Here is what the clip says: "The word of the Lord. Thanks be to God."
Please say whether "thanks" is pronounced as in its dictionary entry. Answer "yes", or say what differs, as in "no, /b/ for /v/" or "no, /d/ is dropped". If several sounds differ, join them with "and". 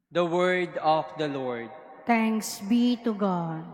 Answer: no, /t/ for /θ/